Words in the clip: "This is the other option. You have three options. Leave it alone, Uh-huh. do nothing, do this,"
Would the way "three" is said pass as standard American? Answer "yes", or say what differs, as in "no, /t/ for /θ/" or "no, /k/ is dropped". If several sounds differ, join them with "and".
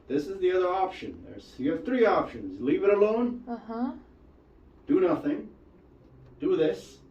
yes